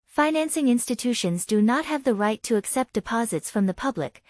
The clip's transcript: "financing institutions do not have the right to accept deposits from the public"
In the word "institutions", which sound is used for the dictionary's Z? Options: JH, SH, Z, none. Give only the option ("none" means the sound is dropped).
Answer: Z